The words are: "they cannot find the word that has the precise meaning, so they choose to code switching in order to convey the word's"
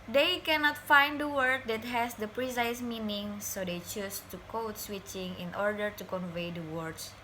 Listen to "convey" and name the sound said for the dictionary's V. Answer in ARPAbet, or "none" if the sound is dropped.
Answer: V